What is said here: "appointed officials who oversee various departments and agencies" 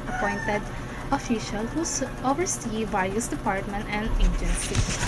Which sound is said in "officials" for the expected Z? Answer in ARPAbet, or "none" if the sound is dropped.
none